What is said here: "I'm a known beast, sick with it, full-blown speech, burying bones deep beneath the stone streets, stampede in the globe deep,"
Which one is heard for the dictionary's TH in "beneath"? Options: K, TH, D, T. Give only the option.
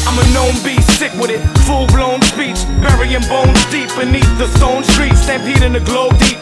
TH